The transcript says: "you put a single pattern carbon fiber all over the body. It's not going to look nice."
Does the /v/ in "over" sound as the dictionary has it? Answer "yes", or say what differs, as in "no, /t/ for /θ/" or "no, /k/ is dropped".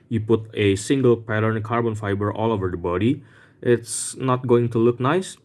yes